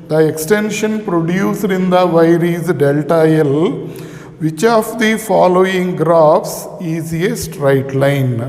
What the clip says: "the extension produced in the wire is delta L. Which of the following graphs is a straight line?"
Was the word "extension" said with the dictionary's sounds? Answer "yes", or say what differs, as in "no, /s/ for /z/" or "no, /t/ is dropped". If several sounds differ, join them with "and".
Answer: yes